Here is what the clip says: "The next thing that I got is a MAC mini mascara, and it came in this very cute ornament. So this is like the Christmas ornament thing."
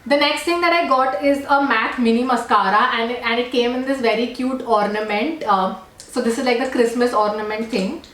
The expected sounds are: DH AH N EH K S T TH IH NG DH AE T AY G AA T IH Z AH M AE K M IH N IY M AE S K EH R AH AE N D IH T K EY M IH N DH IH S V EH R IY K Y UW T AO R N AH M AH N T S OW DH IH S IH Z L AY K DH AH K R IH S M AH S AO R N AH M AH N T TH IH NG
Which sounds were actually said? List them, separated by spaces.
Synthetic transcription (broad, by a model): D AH N EH K S T T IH NG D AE T AY G AA T IH Z AH M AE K M IH N IY M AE S K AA R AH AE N D IH T K EY M IH N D IH S V EH R IY K Y UW T AO R N AH M AH N T S OW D IH S IH Z L AY K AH K R IH S M AH S AO R N AH M AH N T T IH NG